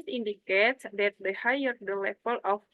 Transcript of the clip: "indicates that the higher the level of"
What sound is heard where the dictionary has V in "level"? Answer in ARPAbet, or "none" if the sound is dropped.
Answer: F